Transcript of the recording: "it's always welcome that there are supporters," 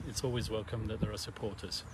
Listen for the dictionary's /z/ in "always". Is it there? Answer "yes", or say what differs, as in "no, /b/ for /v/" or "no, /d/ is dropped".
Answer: yes